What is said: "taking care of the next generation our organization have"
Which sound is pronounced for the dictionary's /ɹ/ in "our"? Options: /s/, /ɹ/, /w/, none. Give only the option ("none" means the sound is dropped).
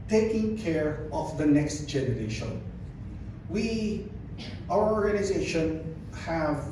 /w/